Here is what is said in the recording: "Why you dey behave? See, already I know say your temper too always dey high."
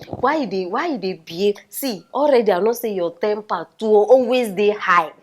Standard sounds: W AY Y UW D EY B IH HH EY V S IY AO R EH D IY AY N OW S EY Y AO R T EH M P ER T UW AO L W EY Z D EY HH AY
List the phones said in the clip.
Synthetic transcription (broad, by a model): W AY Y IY D EY B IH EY S IY AO R EH D IY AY N OW S EY Y AO T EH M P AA T UW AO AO W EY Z D EY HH AY